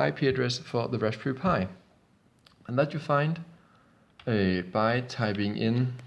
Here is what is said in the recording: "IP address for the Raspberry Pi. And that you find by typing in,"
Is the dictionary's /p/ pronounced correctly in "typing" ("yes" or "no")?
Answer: no